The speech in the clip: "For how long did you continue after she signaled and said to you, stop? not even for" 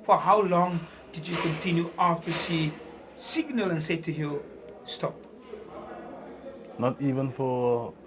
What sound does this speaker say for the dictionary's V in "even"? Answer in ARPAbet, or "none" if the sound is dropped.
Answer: V